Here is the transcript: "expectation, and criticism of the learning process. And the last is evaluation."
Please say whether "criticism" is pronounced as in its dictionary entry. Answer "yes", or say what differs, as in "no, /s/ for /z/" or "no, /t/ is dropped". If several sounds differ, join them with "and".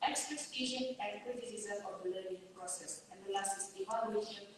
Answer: no, /ɹ/ is dropped